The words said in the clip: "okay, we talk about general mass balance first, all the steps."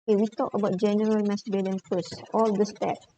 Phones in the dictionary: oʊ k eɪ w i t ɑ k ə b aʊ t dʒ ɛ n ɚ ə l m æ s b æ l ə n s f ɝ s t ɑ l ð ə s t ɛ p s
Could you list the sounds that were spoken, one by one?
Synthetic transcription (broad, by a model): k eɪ w i t ɑ k ə b aʊ t dʒ ɛ n ɚ ə l m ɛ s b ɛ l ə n f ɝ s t ɑ l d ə s t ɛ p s